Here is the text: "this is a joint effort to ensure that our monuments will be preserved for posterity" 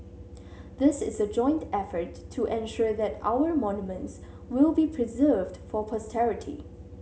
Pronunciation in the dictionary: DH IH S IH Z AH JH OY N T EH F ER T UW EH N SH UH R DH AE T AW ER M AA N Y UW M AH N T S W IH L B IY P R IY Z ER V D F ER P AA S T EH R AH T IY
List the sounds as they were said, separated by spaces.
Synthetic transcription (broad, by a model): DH IH S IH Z AH JH OY N T EH F ER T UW EH N SH UH R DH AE T AW ER M AA N Y UW M AH N T S W IH L B IY P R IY Z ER V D F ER P AA S T EH R AH T IY